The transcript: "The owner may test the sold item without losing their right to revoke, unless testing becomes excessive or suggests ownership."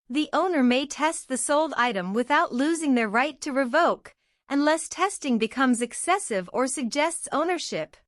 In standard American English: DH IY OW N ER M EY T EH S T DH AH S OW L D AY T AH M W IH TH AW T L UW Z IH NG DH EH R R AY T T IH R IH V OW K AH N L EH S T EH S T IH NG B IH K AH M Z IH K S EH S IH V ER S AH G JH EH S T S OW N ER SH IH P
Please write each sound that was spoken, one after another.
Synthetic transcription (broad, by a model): DH IY OW N ER M EY T EH S T DH AH S OW L D AY T AH M W IH TH AW T L UW Z IH NG DH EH R R AY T T IH R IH V OW K AH N L EH S T EH S T IH NG B IH K AH M Z IH K S EH S IH V ER S AH G JH EH S T S OW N ER SH IH P